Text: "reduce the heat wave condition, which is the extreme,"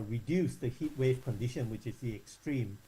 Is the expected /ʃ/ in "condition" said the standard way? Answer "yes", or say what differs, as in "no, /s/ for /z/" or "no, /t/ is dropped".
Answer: yes